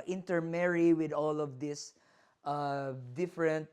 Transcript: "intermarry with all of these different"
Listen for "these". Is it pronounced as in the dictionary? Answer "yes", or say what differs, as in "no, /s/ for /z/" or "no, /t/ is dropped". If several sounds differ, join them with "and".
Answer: no, /s/ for /z/